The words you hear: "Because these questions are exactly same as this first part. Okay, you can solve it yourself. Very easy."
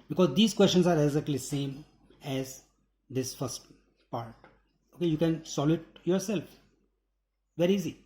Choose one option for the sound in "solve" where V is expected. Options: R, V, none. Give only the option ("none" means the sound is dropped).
none